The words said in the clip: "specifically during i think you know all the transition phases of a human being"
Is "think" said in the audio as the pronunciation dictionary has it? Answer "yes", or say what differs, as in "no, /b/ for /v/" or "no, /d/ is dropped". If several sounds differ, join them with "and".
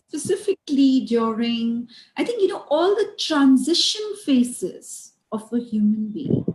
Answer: no, /t/ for /θ/